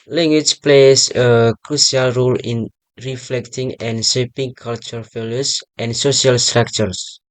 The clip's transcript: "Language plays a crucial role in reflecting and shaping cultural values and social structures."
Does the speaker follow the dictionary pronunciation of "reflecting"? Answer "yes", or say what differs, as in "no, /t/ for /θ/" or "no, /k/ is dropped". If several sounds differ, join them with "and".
yes